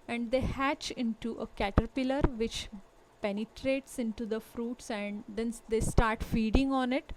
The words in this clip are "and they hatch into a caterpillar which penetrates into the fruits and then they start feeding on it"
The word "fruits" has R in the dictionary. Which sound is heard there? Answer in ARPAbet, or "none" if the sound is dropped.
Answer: R